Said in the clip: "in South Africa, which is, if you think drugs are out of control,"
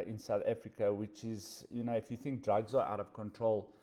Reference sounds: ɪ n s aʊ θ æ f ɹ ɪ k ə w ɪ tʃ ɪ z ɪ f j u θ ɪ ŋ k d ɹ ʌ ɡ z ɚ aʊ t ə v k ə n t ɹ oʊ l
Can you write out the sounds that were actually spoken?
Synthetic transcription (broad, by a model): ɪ n s aʊ θ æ f ɹ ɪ k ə w ɪ tʃ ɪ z ɪ f j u θ ɪ ŋ k d ɹ ʌ ɡ z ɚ aʊ t ə v k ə n t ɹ oʊ l